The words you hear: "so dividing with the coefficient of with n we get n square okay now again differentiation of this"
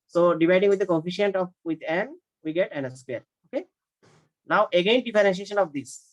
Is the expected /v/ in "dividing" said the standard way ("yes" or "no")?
no